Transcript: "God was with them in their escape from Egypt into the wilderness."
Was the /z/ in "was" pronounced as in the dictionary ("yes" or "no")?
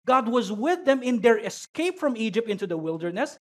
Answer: yes